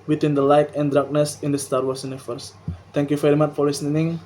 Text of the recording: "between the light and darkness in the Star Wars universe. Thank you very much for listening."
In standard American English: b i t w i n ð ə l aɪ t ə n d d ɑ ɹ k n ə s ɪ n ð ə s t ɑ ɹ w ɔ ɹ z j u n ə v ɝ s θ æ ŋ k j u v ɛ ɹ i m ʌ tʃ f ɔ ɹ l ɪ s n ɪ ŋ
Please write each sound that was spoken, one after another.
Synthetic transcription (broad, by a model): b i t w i n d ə l aɪ t ə n d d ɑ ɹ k n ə s ɪ n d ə s t ɑ ɹ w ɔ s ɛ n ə f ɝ s t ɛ ŋ k j u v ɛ ɹ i m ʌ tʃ f ɔ ɹ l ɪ s n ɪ ŋ